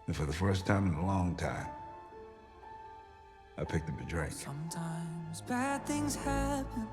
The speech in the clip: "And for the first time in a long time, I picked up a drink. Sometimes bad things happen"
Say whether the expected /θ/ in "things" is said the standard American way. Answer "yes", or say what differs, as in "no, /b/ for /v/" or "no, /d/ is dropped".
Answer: yes